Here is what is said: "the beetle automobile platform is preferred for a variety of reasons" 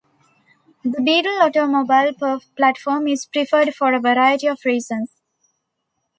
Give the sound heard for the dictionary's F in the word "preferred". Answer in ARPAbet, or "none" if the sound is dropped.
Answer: F